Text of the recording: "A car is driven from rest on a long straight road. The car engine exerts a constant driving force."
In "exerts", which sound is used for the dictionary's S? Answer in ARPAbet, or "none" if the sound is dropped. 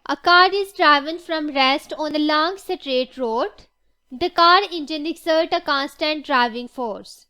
none